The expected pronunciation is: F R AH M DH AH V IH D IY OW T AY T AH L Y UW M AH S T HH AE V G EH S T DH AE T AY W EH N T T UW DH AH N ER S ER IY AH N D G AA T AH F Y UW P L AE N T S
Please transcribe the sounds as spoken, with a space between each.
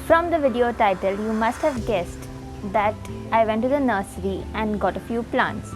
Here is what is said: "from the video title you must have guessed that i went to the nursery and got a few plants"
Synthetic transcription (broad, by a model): F R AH M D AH V IH D IY OW T AY T AH L Y UW M AH S T HH AE V G EH S T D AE T AY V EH N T T UW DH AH N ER S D IY AH N D G AA T AH F Y UW P L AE N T S